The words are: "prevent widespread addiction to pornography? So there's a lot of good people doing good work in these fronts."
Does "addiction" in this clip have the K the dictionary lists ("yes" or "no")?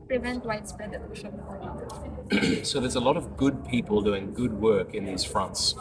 no